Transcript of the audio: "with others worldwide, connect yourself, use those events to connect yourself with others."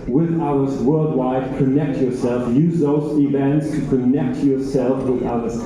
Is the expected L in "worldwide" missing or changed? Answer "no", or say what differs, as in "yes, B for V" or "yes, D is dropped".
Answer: no